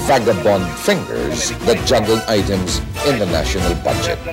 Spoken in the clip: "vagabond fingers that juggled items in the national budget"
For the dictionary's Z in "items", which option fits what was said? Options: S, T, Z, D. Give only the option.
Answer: Z